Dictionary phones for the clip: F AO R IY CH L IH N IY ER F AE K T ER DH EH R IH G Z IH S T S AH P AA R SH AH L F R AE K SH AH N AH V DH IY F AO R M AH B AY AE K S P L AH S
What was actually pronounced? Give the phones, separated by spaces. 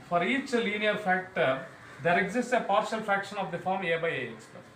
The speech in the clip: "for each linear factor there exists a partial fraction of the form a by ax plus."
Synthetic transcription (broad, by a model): F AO R IY CH L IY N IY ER F AE K T ER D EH R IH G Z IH S T S AH P AA R SH AH L F R AE K SH AH N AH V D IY F AO R M AH B AY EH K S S